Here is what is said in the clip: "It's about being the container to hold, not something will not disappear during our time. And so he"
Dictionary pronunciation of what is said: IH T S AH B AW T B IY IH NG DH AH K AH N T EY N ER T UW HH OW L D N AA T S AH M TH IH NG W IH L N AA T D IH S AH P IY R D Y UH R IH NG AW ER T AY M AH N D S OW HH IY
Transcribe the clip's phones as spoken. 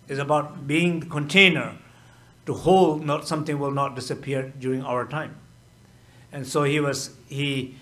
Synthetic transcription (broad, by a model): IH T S AH B AW T B IY IH NG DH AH K AH N T EY N ER T UW HH OW L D N AA T S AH M T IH NG W IH L N AA T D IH S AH P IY R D Y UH R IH NG AW ER T AY M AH N S OW HH IY